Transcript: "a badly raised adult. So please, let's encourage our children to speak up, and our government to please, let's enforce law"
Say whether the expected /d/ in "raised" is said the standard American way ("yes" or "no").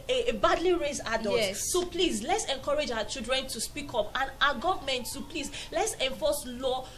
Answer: no